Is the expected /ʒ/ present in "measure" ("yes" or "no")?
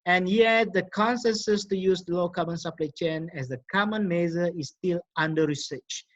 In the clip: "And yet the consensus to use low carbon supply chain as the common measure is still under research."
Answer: no